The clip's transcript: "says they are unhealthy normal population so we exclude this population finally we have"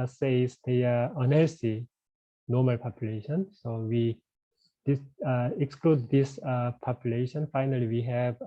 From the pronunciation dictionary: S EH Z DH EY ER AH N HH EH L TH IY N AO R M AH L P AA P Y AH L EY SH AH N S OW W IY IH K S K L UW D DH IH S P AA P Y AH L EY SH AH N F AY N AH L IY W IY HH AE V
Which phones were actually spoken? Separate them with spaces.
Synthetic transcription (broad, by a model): S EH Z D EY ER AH N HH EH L S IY N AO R M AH L P AA P Y AH L EY SH AH N S OW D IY IH K S K L UW D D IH S P AA P Y AH L EY SH AH N F AY N AH L IY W IY HH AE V